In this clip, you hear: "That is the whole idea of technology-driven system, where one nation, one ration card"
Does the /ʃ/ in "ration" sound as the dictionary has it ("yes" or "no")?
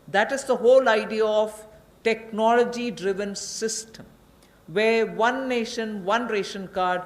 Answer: yes